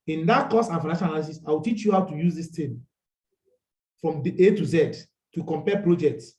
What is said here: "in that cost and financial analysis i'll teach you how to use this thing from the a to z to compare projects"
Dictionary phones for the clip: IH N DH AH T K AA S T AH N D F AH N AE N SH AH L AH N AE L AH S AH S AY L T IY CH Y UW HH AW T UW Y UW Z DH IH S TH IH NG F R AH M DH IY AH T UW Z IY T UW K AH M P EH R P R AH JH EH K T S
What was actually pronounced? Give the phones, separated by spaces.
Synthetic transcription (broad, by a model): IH N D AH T K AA S AH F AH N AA SH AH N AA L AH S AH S AY W T IY CH Y UW HH AW T UW Y UW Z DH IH S T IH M F R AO M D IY AH T UW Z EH T UW K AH M P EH P R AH JH EH K T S